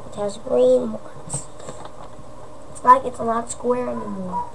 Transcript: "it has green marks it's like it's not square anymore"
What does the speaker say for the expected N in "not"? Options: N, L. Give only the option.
L